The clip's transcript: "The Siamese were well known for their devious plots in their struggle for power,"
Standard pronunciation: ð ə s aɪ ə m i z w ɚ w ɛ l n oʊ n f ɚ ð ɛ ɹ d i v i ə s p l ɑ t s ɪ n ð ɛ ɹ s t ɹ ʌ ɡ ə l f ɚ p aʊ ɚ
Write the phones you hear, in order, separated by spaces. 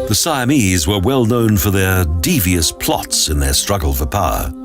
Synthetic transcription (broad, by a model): ð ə s aɪ ə m i z w ɚ w ɛ l n oʊ n f ɚ ð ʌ ɹ d i v i ə s p l ɑ t s ɪ n ð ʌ ɹ s t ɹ ʌ ɡ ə l f ɚ p aʊ ɚ